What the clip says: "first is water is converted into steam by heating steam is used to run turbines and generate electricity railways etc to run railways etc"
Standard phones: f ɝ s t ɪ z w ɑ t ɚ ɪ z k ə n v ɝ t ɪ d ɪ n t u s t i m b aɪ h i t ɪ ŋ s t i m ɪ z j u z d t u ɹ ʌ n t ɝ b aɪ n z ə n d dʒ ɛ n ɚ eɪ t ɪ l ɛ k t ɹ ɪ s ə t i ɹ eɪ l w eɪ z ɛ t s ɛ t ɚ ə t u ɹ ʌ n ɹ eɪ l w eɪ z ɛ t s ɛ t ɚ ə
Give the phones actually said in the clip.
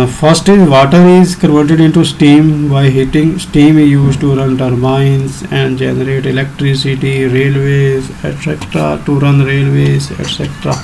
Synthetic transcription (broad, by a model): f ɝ s t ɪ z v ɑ t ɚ ɪ z k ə v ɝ t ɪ d ɪ n t u s t i m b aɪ h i t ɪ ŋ s t i m ɪ z j u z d t u ɹ ʌ n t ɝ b aɪ n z ə n d dʒ ɛ n ɚ eɪ t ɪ l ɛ k t ɹ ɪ s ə t i ɹ eɪ l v eɪ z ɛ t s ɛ t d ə t u ɹ ʌ n ɹ eɪ l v eɪ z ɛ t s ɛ t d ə